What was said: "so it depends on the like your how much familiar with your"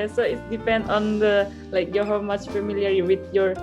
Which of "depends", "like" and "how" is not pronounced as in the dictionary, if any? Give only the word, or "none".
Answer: depends